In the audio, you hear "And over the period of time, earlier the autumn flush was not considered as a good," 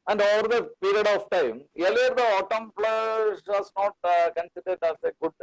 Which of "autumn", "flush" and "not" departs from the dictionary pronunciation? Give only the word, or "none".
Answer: flush